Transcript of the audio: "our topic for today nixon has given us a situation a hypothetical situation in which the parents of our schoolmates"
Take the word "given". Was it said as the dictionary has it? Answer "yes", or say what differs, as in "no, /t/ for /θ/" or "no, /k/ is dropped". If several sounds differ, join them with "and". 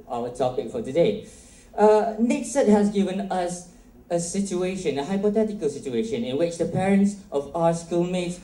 yes